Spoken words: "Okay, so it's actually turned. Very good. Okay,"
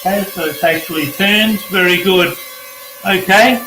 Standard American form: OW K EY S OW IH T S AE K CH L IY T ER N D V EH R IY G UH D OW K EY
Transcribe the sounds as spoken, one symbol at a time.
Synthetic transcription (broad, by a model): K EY S OW IH T S AE K CH L IY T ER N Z V EH R IY G UH D OW K EY